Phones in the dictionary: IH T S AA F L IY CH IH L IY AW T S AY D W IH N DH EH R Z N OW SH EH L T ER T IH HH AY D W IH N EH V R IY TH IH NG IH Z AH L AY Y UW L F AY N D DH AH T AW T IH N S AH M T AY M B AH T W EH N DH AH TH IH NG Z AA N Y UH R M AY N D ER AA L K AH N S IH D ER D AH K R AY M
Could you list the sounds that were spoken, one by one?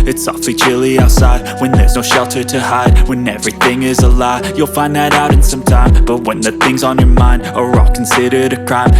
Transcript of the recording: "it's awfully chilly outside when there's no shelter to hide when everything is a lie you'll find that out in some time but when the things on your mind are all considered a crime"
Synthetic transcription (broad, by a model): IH T S AA F L IY CH IH L IY AW T S AY D W IH N DH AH R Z N OW SH EH L T ER T IH HH AY D W IH N EH V R IY TH IH NG IH Z AH L AY Y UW L F AY N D DH AH T AW T IH N S AH M T AY M B AH T W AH N DH AH TH IH NG Z N Y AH R M AY N D ER AA L K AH N S IH D ER D AH K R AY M